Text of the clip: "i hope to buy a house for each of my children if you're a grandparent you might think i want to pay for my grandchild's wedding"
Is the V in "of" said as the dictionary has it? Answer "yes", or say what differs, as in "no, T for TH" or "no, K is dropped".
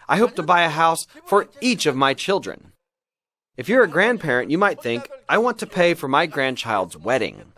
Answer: yes